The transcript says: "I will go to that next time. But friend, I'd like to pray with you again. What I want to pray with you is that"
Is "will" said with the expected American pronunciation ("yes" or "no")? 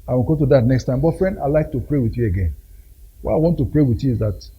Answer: no